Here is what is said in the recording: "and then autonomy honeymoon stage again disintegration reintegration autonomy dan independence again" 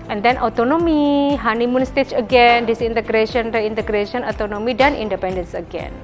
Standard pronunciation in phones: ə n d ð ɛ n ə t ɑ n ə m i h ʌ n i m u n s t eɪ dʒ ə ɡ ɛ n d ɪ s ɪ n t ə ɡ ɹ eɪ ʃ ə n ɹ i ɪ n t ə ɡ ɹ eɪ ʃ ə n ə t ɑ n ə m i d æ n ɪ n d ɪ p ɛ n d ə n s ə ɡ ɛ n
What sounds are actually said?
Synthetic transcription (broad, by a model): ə n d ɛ n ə t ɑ n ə m i h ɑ n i m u n s t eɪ tʃ ə ɡ ɛ n d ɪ s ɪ n t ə ɡ ɹ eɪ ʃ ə n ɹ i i n t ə ɡ ɹ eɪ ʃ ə n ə t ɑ n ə m i d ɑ n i n d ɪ p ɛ n d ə n s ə ɡ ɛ n